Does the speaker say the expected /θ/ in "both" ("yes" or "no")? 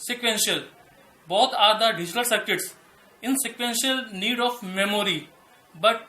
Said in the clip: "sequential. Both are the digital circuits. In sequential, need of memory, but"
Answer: no